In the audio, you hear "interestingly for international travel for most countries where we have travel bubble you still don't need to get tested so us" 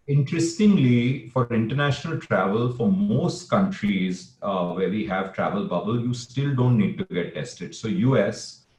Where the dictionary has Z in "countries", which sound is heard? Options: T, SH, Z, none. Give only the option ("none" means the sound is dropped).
Z